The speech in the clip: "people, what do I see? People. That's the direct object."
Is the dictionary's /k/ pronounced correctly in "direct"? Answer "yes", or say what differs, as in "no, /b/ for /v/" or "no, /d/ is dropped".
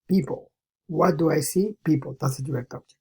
no, /k/ is dropped